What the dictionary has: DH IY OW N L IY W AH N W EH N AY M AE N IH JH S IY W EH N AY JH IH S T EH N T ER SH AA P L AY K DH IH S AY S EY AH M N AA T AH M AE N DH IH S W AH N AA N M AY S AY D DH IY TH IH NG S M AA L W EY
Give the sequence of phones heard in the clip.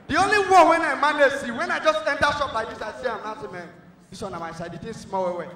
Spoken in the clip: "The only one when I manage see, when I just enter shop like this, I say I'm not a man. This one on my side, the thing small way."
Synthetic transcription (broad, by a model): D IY OW N L IY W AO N W EH N AY M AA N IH S IY W EH N AY JH IH S T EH N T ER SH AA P L AY K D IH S AY S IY AH M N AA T AH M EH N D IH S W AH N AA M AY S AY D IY T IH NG S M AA W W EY